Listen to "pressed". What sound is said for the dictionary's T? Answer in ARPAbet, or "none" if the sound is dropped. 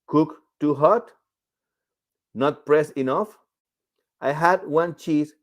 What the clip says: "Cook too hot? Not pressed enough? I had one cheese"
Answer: none